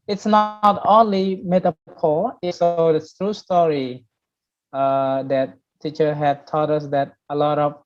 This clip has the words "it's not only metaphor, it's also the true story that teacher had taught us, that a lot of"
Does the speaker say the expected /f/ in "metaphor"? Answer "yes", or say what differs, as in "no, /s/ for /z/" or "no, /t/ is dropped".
no, /p/ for /f/